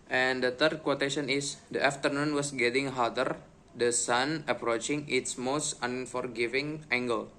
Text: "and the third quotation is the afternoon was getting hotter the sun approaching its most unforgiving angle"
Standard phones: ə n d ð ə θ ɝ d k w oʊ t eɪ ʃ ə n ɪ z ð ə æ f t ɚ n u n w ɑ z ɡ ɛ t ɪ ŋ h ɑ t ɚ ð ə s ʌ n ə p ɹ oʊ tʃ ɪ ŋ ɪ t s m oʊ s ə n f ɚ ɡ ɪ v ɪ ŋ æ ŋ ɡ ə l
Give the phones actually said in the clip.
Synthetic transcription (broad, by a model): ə n d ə t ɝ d k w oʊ t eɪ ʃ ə n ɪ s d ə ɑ f t ɚ n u n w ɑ s ɡ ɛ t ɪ ŋ h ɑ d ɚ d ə s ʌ n ə p ɹ oʊ tʃ ɪ ŋ ɪ t s m oʊ s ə n f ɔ ɡ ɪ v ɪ ŋ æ ŋ ɡ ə l